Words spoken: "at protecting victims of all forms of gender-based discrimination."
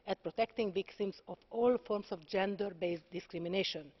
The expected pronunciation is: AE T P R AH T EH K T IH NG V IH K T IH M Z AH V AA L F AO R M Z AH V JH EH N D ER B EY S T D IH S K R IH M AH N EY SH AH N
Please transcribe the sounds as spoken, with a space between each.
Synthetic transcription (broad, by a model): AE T P R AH T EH K T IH NG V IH K T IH M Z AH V AA L F AO R M S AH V JH EH N D ER B EY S D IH S K R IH M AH N EY SH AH N